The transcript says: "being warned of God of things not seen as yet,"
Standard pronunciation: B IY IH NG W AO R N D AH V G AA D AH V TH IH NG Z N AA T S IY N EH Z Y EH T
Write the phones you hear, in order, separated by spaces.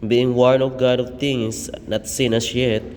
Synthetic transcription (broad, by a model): B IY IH NG W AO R N AH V G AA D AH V T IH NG S N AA T S IY N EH S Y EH T